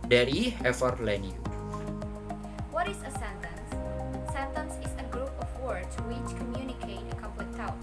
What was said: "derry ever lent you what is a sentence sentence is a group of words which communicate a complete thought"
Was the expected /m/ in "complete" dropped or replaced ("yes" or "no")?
yes